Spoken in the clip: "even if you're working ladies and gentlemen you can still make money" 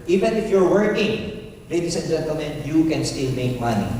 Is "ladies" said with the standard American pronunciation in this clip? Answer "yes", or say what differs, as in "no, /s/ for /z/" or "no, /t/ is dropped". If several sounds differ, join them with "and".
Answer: no, /s/ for /z/